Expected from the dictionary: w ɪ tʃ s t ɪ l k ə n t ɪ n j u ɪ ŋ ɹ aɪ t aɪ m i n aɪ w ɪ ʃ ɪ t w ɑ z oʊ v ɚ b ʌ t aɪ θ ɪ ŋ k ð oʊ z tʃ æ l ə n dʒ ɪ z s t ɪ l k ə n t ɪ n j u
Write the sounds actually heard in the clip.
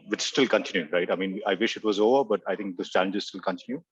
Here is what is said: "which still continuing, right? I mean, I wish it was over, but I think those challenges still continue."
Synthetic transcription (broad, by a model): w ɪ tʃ s t ɪ l k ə n t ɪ n j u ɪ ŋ ɹ aɪ t aɪ m i n aɪ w ɪ ʃ ɪ t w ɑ z oʊ v ɚ b ʌ t aɪ t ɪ ŋ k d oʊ s tʃ æ l ə n dʒ ɪ z s t ɪ l k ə n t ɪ n j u